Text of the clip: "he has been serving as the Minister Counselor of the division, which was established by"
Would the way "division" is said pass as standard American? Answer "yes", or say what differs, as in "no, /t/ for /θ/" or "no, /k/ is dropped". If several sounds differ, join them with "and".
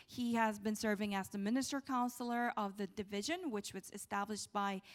yes